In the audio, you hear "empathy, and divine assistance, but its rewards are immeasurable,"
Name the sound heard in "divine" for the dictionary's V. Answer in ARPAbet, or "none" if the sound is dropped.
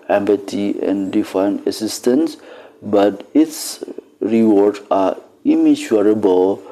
F